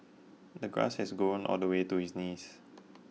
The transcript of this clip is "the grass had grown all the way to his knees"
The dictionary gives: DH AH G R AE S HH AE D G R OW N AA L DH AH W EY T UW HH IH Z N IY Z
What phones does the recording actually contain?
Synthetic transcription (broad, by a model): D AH G R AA S HH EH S G OW N AA L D AH W EY T UW HH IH S N IY S